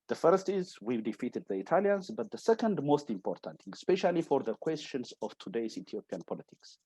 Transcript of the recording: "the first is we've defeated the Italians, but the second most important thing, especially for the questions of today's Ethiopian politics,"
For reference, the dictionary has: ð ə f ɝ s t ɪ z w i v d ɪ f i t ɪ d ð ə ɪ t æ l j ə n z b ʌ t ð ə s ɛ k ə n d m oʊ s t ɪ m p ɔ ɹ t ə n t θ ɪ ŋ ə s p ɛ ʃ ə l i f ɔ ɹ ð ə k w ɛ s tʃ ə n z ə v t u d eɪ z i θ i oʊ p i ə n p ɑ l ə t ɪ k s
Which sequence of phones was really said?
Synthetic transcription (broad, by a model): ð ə f ɝ s t ɪ z w i d ɪ f i t ɪ d ð ə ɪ t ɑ l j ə n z b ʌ t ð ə s ɛ k ə n d m oʊ s t ɪ m p ɔ ɹ t ə n t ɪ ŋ s p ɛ ʃ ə l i f ɔ ɹ ð ə k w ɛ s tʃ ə n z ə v t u d eɪ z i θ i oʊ p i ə n p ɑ l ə t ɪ k s